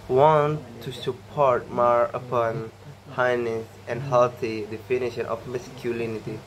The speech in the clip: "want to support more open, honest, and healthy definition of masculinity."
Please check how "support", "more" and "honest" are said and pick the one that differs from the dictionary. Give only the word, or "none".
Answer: honest